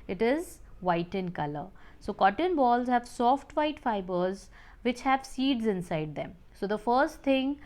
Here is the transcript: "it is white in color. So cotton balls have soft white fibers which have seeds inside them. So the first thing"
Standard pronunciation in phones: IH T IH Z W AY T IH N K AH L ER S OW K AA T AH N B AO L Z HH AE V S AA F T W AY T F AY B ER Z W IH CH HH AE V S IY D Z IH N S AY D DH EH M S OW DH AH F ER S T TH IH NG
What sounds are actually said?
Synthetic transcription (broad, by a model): IH T IH Z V AY T IH N K AH L ER S OW K AA T AH N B AO L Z HH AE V S AA F T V AY T F AY B ER Z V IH CH HH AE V S IY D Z IH N S AY D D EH M S OW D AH F ER S T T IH NG